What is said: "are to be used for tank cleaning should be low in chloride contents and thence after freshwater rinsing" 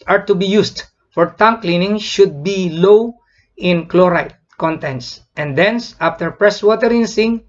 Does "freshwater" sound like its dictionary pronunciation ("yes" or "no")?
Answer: no